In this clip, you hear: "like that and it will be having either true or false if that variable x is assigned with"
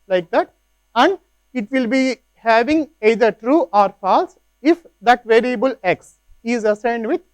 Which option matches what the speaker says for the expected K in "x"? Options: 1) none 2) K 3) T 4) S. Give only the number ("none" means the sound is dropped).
2